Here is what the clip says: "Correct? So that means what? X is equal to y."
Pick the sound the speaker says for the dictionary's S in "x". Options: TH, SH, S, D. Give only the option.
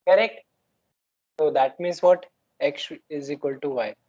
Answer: SH